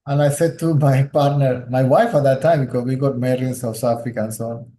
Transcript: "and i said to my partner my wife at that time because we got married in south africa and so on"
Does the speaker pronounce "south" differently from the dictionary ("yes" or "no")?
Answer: yes